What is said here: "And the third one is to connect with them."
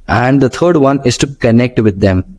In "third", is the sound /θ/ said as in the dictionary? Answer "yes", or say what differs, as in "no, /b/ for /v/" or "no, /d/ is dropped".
no, /t/ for /θ/